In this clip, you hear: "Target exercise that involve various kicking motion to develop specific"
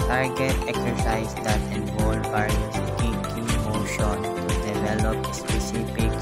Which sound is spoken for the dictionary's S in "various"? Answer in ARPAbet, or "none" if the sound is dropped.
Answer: none